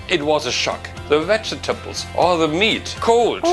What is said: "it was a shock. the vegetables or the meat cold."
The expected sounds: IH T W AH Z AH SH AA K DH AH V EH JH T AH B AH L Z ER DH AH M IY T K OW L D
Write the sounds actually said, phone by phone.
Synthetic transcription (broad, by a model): IH T W AH Z AH SH AA K DH AH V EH CH T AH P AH L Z ER DH AH M IY T K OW L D